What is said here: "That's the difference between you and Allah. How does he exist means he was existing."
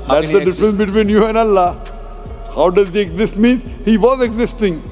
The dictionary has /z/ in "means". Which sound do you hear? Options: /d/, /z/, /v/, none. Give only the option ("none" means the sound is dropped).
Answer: none